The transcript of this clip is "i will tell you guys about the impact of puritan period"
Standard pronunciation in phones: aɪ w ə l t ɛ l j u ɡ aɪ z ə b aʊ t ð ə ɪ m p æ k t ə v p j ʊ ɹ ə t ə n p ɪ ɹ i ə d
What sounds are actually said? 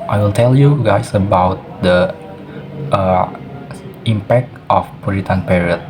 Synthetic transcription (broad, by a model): aɪ w ə l t ɛ l j u ɡ aɪ s ə b aʊ t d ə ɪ m p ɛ k t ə f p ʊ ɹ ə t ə n p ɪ ɹ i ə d